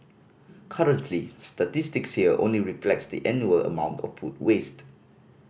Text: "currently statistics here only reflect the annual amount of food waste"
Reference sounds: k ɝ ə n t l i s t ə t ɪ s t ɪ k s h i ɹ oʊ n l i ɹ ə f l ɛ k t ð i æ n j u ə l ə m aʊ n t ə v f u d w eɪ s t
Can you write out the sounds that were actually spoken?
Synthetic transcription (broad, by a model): k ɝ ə n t l i s t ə t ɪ s t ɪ k s h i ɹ oʊ n l i ɹ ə f l ɛ k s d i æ n j u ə l ə m aʊ n t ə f u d w eɪ s t